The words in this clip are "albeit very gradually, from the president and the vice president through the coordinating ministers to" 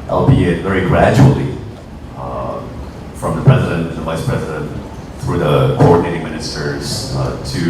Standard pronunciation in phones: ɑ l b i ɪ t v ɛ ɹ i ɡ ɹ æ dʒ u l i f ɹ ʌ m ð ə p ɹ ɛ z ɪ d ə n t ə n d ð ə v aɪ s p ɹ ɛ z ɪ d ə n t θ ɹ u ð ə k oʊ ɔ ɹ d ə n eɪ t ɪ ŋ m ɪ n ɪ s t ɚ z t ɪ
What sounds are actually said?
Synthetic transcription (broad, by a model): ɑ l b i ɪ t v ɛ ɹ i ɡ ɹ æ dʒ u l i f ɹ ʌ m ð ə p ɹ ɛ z ɪ d ə n t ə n ð ə v aɪ s p ɹ ɛ z ɪ d ə n t θ ɹ u ð ə k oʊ ɔ ɹ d n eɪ t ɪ ŋ m ɪ n ɪ s t ɚ z t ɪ